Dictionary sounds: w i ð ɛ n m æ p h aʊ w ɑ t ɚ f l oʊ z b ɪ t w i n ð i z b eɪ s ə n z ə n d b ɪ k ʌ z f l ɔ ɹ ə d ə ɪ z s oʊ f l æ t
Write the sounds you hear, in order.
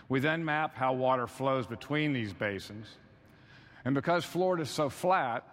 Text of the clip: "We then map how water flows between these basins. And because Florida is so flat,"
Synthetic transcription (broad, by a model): w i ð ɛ n m æ p h aʊ w ɑ t ɚ f l oʊ z b ɪ t w i n ð i z b eɪ s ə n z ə n b ɪ k ʌ z f l ɔ ɹ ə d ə ɪ z s oʊ f l æ t